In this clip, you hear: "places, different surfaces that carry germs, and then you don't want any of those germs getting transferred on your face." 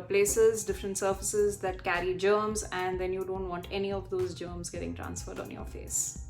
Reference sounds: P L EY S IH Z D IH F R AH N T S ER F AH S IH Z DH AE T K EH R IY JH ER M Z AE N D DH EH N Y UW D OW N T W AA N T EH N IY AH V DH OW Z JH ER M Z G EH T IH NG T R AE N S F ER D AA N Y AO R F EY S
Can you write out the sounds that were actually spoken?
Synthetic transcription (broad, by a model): P L EY S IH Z D IH F R AH N T S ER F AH S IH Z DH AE T K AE R IY JH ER M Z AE N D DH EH N Y UW D OW N T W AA N T EH N IY AH V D OW Z JH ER M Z G EH T IH NG T R AE N S F ER D AA N Y AO R F EY S